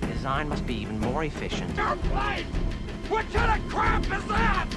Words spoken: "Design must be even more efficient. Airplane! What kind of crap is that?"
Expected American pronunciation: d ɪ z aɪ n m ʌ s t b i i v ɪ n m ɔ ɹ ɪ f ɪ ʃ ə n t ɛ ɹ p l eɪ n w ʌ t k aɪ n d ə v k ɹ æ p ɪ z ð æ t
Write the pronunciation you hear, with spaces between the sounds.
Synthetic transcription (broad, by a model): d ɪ z aɪ n m ʌ s t b i i v ɪ n m ɔ ɹ ɪ f ɪ ʃ ə n t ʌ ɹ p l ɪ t w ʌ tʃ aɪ d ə k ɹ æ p ɪ z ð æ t